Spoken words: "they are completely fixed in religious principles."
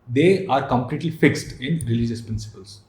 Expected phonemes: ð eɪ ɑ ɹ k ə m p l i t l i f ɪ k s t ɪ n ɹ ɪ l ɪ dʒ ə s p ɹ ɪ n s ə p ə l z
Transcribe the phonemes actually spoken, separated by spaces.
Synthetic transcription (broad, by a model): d eɪ ɑ ɹ k ə m p l i t l i f ɪ k s t ɪ n ɹ ɪ l ɪ dʒ ə s p ɹ ɪ n s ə p ə l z